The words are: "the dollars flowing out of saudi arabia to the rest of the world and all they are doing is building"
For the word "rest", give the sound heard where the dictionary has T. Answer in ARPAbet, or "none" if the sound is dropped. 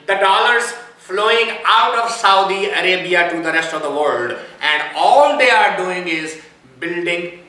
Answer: T